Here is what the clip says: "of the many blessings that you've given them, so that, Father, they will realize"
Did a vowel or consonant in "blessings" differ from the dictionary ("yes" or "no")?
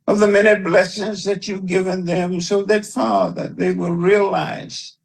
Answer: no